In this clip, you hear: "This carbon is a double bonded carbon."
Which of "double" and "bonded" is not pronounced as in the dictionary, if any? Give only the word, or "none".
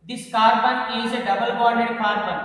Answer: bonded